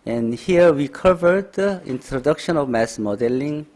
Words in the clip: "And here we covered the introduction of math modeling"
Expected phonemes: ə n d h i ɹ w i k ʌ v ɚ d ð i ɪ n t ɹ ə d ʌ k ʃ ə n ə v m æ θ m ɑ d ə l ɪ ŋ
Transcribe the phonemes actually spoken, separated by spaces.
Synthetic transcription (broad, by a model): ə n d h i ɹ w i k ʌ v ɚ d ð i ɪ n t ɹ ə d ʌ k ʃ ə n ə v m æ s m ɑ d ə l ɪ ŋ